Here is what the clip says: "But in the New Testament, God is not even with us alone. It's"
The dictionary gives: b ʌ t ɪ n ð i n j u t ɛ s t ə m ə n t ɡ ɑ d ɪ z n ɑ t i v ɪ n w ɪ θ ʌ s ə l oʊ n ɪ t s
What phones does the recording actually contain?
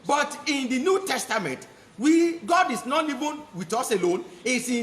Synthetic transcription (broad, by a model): b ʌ t ɪ n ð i n j u t ɛ s t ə m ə n t ɡ ɑ d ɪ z n ɑ t i v ɪ n w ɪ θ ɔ s ə l oʊ n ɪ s